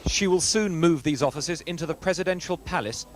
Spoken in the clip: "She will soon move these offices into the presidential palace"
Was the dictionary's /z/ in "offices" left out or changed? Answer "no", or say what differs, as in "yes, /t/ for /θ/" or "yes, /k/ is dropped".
no